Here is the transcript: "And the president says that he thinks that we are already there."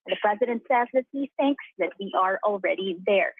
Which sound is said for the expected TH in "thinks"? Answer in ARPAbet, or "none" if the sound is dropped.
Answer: TH